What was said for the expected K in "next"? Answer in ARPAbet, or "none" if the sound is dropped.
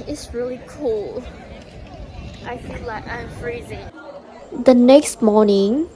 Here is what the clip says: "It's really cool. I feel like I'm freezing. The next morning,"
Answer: K